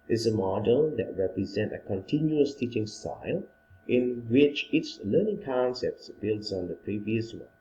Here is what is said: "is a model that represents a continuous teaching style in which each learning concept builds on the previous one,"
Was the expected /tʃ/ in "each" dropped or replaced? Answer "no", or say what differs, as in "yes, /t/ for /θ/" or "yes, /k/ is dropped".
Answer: yes, /s/ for /tʃ/